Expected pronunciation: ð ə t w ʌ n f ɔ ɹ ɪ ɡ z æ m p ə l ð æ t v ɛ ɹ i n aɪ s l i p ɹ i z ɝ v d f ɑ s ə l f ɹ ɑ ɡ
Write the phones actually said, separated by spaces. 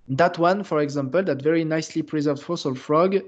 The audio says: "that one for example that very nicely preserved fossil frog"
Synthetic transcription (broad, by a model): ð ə t w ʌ n f ɔ ɹ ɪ ɡ z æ m p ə l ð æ t v ɛ ɹ i n aɪ s l i p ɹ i z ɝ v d f ɑ s ə l f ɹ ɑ ɡ